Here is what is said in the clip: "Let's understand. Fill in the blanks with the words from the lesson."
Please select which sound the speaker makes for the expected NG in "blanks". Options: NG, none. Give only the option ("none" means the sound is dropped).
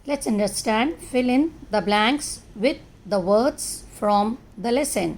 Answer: NG